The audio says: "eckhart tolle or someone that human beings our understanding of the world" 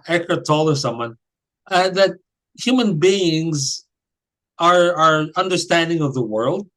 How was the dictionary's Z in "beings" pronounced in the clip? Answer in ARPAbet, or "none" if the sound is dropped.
Z